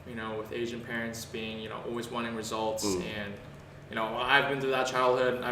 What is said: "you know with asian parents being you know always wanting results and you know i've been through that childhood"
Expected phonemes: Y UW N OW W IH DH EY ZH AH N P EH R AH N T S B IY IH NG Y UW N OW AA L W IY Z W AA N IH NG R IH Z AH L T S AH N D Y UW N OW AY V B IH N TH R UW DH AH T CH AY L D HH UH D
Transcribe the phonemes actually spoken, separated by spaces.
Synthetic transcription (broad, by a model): Y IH N OW W IH DH EY ZH AH N P EH R AH N T S B IY IH NG Y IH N OW AA L W IY Z W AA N IH NG R IH Z AH L T S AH N Y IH N OW AY V B IH N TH UW DH AH T CH AY L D HH UH D